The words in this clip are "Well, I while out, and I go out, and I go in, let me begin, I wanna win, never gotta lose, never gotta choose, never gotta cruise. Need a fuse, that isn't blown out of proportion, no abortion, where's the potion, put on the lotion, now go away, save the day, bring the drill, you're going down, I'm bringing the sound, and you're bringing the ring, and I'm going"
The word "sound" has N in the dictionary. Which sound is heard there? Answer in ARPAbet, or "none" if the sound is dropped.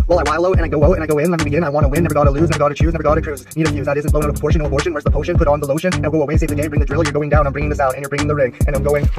none